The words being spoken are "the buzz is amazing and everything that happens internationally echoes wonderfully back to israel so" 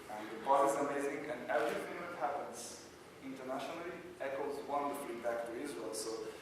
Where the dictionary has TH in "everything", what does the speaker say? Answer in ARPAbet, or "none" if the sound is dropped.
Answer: F